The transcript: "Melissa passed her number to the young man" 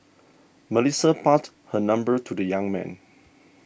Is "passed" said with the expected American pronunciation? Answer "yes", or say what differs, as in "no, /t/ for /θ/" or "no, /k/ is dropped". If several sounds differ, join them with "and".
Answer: no, /s/ is dropped